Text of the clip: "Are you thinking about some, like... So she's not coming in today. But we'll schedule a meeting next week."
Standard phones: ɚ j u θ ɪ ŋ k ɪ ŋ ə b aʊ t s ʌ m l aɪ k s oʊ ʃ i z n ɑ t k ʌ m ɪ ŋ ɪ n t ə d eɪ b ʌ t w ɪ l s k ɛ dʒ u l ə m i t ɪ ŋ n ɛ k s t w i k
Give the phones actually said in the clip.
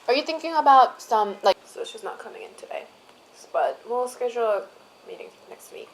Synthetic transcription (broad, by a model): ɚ j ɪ θ ɪ ŋ k ɪ ŋ ə b aʊ t s ʌ m l aɪ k s oʊ s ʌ s n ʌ t k ʌ m ɪ ŋ ɪ n t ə d eɪ b ʌ t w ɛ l s k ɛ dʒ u l m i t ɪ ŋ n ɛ k s t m i